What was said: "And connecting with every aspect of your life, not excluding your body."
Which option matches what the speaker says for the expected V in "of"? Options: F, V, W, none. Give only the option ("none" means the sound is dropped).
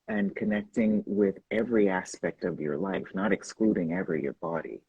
V